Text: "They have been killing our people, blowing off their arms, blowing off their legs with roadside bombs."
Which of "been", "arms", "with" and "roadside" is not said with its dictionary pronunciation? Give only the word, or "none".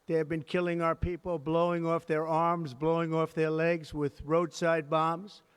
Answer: none